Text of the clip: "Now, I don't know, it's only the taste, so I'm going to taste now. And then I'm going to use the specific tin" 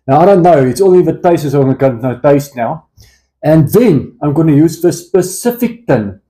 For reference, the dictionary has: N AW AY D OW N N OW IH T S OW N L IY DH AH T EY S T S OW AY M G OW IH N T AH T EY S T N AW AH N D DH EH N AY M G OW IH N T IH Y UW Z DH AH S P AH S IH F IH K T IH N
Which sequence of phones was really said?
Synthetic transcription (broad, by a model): N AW AY D OW N N OW IH T S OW L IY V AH T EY S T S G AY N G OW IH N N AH T EY S T N AW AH N DH EH N AY M G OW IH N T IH Y UW Z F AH S P AH S IH F IH K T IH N